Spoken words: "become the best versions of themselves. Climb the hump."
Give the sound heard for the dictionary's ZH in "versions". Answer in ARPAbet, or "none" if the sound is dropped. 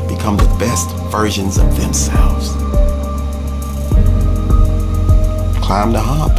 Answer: ZH